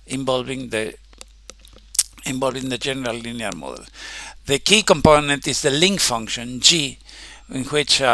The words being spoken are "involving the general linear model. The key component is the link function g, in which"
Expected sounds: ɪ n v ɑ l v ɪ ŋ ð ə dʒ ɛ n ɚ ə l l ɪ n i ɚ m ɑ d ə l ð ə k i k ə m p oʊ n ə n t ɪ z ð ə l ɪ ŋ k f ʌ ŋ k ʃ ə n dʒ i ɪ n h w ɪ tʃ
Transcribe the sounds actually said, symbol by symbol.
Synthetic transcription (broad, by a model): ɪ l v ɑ l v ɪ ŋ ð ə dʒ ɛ n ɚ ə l l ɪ n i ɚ m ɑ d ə l ð ə k i k ə m p oʊ n ə n t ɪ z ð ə l ɪ ŋ k f ʌ ŋ k ʃ ə n dʒ i ɪ n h w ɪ tʃ